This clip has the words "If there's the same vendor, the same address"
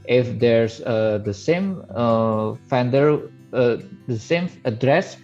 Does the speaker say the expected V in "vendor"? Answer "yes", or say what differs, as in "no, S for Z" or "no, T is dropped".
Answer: no, F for V